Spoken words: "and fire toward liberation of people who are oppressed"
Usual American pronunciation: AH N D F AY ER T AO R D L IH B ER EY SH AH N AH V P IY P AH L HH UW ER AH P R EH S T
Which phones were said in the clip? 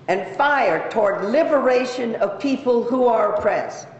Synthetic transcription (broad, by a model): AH N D F AY ER T AO R D L IH B ER EY SH AH N AH V P IY P AH L HH UW ER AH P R EH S